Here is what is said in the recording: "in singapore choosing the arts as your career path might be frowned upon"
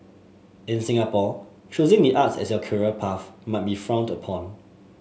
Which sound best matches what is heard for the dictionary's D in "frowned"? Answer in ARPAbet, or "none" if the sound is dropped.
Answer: D